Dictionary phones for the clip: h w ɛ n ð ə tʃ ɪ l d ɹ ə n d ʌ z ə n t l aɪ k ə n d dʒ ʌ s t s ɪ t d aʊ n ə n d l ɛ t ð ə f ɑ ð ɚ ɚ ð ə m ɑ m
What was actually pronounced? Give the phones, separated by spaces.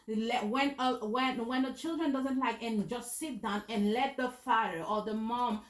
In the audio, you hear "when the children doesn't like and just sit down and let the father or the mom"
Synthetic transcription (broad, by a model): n w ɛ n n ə tʃ ɪ l d ɹ ə n d ʌ z ə n t l aɪ k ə n dʒ ʌ s t s ɪ t d aʊ n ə n l ɛ t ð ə f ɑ ɚ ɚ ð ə m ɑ m